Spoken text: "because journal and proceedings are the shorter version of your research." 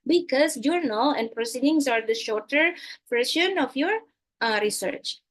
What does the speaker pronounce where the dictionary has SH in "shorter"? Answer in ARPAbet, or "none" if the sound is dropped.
SH